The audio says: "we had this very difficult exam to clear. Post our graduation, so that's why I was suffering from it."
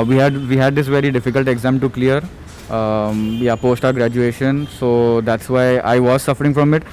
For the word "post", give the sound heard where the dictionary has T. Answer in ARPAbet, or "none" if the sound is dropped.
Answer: T